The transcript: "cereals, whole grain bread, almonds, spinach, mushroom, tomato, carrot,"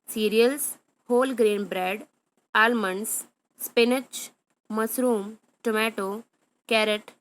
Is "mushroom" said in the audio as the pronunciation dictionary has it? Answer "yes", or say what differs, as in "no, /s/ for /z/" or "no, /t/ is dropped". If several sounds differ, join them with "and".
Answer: no, /s/ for /ʃ/